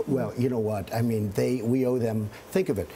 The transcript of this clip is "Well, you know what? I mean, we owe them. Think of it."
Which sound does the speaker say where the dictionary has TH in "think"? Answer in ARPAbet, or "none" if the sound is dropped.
TH